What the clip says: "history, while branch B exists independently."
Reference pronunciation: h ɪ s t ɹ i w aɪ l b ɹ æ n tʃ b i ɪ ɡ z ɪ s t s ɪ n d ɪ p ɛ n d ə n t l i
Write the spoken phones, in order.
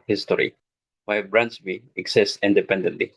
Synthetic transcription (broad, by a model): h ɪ s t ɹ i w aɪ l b ɹ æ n s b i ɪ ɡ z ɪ s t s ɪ n d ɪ p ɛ n d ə n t l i